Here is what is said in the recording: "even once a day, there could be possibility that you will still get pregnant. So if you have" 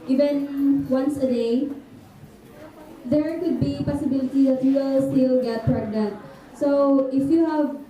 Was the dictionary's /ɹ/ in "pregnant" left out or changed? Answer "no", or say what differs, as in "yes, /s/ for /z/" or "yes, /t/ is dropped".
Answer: no